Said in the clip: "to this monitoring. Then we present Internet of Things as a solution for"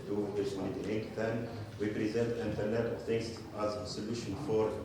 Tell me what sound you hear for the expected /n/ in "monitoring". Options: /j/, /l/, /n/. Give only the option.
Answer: /l/